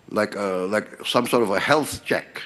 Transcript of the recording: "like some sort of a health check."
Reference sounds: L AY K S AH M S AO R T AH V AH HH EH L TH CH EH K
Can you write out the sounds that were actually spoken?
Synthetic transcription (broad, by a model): L AY K S AH M S AO R T AH V AH HH EH L TH CH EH K